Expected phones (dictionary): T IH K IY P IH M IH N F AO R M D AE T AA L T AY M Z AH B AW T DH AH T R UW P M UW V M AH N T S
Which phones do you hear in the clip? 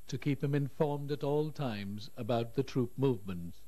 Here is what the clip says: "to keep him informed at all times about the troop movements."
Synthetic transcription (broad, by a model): T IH K IY P IH M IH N F AO R M D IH T AA L T AY M Z AH B AW T DH AH T R UW P M UW V M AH N T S